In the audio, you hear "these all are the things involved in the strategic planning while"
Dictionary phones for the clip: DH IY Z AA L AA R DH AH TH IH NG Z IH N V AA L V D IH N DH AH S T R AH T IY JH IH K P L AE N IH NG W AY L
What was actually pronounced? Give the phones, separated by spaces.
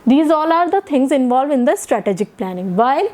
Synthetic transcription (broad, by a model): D IY Z AA L AA R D AH T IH NG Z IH N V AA L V IH N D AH S T R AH T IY JH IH K P L AE N IH NG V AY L